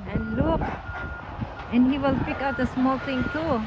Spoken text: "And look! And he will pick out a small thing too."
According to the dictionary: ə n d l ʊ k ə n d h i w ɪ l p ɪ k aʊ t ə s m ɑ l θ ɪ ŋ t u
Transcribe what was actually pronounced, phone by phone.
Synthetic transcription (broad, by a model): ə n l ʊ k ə n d h i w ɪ l p ɪ k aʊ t ə s m ɑ l t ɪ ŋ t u